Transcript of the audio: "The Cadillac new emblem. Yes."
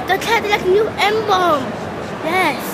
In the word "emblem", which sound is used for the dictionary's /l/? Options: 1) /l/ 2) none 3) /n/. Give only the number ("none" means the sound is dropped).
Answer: 2